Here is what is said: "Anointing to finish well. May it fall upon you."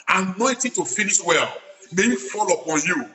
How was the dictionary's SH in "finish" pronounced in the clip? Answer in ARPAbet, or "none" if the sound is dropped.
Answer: S